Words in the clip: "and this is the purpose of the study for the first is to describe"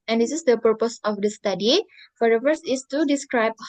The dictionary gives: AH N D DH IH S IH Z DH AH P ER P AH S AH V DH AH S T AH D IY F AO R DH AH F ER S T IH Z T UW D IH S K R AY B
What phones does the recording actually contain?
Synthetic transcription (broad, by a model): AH N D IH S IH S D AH P ER P AH S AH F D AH S T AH D IY F AO R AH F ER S IH S T UW D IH S K R AY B